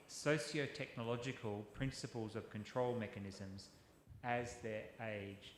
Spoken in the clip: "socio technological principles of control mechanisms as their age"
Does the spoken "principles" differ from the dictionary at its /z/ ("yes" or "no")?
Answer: no